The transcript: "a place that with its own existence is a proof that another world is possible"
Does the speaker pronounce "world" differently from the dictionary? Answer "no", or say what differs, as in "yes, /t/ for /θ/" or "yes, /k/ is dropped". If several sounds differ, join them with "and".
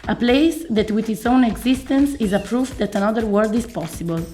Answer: yes, /l/ is dropped